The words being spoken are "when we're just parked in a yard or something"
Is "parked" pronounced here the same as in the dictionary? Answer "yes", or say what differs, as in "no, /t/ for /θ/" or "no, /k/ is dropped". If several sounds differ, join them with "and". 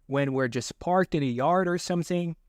yes